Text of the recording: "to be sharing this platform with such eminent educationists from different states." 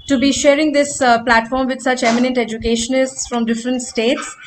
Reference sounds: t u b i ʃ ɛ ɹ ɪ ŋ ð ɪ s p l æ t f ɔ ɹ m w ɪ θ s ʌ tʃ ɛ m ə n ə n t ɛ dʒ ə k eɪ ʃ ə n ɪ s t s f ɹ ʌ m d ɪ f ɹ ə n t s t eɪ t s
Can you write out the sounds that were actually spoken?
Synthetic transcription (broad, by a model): t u b i ʃ ɛ ɹ ɪ ŋ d ɪ s p l æ t f ɔ ɹ m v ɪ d s ʌ tʃ ɛ m ə n ə n t ɛ dʒ ə k eɪ ʃ ə n ɪ s t s f ɹ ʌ m d ɪ f ɹ ə n t s t eɪ t s